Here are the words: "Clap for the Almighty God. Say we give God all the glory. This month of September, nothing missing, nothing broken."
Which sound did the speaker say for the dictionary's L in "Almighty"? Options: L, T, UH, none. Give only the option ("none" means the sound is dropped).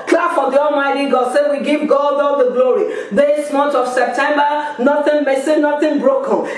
L